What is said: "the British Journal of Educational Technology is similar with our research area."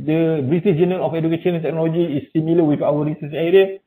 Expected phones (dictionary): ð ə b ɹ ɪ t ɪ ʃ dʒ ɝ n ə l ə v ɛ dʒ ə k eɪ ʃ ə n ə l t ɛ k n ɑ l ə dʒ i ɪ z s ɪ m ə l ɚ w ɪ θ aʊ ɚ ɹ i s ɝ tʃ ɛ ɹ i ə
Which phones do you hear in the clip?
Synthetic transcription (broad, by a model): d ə b ɹ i t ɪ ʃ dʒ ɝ n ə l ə f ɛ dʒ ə k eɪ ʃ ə n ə n t ɛ k n ɑ l ə dʒ i s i m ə l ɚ w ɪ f aʊ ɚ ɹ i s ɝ s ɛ ɹ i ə